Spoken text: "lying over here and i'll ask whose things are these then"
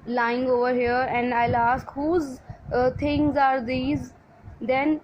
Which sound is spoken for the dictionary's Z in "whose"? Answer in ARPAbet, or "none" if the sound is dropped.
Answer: Z